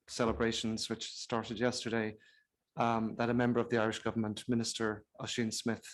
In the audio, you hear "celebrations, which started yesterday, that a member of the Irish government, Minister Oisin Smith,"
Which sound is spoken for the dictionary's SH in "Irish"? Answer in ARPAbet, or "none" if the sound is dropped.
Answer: SH